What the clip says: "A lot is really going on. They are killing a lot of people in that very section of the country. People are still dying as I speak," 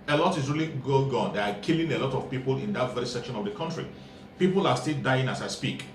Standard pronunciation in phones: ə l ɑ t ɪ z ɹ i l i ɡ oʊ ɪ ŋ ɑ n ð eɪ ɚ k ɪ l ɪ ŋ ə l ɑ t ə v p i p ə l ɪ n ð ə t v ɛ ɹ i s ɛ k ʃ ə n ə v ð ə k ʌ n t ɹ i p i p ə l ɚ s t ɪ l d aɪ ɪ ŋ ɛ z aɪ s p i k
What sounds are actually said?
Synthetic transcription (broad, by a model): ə l ɑ t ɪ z ɹ i l i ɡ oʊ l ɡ ɑ n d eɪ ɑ k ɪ l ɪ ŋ ə l ɑ t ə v p i p ə l ɪ n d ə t v ɛ ɹ i s ɛ k ʃ ə n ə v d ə k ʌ n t ɹ i p i p ə l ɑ s t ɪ l d aɪ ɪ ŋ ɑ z aɪ s p i k